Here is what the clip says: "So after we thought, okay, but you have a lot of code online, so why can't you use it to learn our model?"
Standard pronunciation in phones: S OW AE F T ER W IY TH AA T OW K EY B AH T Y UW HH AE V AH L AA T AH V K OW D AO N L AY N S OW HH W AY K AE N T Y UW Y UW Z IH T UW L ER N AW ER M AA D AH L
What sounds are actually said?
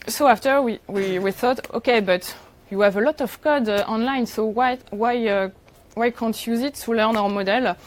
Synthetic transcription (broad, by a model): S OW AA F T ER W IY TH AA T OW K EY B AH T Y UW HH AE V AH L AA T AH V K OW D AO N L AY N S OW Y W AY K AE N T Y Y UW Z IH T UW L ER N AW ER M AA D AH L